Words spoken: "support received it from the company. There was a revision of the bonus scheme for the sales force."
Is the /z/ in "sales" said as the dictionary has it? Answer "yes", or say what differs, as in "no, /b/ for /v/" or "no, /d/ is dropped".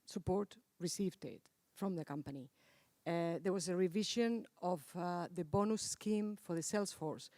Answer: no, /s/ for /z/